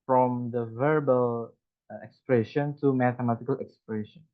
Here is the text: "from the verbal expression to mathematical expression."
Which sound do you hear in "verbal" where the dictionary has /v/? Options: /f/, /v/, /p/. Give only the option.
/v/